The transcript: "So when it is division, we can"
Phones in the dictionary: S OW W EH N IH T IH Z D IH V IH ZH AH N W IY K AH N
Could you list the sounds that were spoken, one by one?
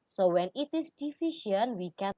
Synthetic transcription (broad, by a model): S OW W EH N IH T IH S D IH F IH SH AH N W IY K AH